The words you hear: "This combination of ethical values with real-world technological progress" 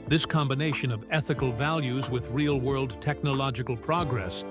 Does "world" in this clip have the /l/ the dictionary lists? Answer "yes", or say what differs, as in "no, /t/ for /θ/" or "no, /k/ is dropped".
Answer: yes